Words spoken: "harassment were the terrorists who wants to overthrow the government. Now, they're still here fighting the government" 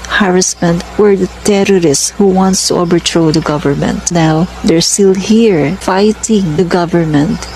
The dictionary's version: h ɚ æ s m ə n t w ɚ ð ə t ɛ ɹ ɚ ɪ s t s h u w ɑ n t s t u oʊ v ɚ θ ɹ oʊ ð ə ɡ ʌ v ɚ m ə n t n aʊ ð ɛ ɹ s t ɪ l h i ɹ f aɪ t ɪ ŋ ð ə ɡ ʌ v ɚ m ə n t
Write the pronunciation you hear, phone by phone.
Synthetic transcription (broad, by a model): h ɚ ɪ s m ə n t w ɚ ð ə t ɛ ɹ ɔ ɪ s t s h u w ɑ n t s t u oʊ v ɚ t ɹ oʊ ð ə ɡ ʌ v ɚ m ə n t n aʊ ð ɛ ɹ s t ɪ l h i ɹ f aɪ t ɪ ŋ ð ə ɡ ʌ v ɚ m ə n t